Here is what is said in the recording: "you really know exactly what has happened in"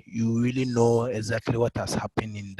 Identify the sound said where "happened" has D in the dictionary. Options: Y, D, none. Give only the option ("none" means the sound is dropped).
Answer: none